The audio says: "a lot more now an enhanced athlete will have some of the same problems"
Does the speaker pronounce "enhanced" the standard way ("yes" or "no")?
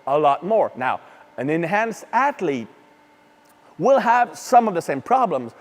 yes